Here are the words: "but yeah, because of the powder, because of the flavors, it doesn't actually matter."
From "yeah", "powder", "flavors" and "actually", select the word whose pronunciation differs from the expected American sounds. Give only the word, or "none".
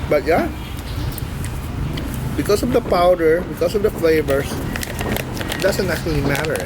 flavors